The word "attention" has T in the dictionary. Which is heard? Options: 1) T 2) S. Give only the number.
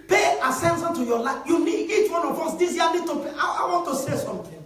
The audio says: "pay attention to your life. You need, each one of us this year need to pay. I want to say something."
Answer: 2